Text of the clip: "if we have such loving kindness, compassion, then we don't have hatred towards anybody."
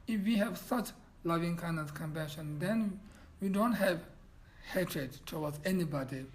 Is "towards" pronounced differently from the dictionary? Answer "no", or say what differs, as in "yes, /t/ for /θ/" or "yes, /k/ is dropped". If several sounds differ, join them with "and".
yes, /w/ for /ɹ/